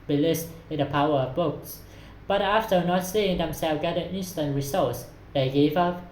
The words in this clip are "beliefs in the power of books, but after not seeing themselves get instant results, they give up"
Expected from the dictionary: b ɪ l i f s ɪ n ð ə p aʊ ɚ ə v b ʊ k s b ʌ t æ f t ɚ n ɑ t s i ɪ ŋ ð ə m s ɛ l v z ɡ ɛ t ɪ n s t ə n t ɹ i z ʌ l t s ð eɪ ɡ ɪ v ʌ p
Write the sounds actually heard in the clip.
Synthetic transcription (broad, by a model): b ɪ l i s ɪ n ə p aʊ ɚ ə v b ʊ k s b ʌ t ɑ f t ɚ n ɑ t s i ɪ ŋ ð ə m s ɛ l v ɡ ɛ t ɪ n s t ə n t ɹ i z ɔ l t s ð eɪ ɡ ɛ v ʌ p